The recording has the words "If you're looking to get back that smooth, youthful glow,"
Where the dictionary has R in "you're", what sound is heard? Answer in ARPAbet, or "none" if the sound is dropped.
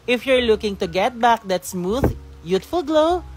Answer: R